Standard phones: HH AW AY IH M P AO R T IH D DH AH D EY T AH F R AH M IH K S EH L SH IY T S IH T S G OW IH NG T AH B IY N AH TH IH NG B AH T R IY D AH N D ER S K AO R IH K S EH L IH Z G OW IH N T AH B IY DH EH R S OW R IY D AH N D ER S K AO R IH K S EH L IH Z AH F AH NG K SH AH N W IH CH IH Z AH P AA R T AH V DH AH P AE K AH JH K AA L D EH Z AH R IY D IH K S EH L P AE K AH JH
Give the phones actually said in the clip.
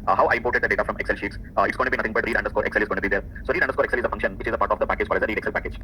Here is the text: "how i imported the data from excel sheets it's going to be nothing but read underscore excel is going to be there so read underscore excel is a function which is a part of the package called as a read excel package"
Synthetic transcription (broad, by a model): HH AW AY IH M P AO R T IH D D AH D EY T AH F R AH M IH K S EH L SH IY T S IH T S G OW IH T AH B IY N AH T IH NG B AH T R IY D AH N D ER S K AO R IH K S EH L IH Z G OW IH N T B IY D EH R S OW R IY D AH N D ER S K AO R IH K S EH L IH Z AH F AH NG K SH AH N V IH CH IH Z AH P AA R T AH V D AH P AE K AH JH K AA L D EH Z AH R IY D IH K S EH L P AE K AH JH